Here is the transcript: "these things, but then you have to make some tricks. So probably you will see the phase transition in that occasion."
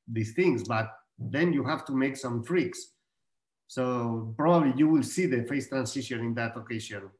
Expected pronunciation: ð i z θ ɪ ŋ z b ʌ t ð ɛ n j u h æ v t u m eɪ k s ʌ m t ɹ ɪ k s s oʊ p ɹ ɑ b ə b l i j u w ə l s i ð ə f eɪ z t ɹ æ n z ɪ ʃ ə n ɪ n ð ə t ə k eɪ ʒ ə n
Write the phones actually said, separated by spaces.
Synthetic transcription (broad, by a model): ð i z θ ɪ ŋ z b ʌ t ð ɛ n j u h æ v t u m eɪ k s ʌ m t ɹ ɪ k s s oʊ p ɹ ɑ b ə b l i j u w ə l s i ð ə f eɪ s t ɹ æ n s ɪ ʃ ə n ɪ n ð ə t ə k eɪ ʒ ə n